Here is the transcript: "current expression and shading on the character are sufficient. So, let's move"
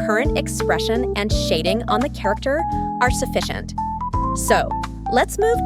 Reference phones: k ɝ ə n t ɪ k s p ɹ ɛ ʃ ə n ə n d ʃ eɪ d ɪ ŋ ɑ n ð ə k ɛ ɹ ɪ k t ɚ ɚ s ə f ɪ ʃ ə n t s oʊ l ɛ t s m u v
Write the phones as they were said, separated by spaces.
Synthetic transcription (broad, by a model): ɝ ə n t ɪ k s p ɹ ɛ ʃ ə n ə n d ʃ eɪ d ɪ ŋ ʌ n ð ə k ɛ ɹ ɪ k t ɚ ɚ s ə f ɪ ʃ ə n t s oʊ l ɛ t s m u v